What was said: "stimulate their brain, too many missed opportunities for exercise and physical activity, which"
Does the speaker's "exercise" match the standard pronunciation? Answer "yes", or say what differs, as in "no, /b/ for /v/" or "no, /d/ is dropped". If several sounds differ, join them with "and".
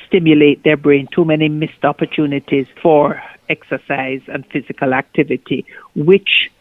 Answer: yes